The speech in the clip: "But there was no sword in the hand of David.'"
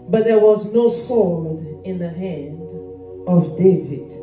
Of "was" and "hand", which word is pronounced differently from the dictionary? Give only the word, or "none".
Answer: none